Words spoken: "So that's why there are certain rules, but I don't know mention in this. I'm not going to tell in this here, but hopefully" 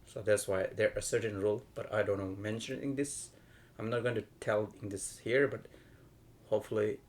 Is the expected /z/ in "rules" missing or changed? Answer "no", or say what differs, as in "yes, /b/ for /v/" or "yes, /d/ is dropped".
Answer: yes, /z/ is dropped